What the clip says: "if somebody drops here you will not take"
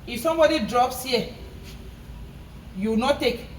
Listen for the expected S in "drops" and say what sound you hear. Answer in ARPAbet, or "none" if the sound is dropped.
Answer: S